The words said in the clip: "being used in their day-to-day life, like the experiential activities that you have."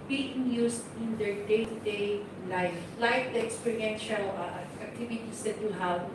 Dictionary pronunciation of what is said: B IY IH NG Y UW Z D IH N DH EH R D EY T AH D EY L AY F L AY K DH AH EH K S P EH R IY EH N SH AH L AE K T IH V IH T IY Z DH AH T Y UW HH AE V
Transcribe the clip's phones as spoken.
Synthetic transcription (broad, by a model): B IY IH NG Y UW S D IH N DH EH R D EY T AH D EY L AY F L AY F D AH EH K S P EH R IY EH N SH AH L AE K T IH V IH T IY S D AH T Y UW HH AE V